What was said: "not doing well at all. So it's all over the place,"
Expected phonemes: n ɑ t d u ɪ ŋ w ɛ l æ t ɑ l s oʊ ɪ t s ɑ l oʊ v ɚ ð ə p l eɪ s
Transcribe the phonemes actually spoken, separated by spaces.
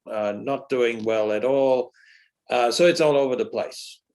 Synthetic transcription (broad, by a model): n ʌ t d u ɪ ŋ w ɛ l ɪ t ɑ l s oʊ ɪ t s ɑ l oʊ v ɚ ð ə p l eɪ s